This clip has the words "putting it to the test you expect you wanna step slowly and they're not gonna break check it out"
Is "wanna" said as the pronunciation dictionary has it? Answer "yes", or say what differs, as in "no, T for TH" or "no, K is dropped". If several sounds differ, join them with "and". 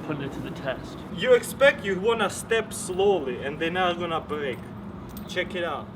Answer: yes